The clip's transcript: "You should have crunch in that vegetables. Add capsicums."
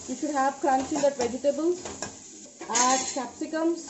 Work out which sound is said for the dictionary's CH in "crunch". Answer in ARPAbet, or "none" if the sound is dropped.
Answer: S